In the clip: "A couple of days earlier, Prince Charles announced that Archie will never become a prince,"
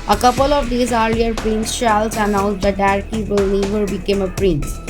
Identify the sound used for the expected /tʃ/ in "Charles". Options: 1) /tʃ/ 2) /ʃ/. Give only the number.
2